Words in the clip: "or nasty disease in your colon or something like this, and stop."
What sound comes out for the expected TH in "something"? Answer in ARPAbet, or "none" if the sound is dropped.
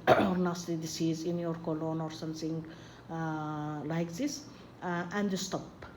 T